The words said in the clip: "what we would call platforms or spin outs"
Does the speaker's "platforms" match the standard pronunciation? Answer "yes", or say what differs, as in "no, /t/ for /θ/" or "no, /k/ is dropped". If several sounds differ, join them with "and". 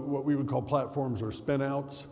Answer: yes